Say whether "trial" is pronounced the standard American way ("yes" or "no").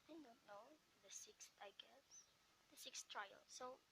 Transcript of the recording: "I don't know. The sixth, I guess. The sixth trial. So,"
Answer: yes